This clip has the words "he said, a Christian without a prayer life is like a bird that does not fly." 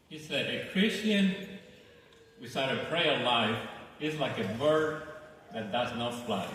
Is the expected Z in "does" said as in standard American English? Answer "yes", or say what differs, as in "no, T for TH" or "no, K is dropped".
yes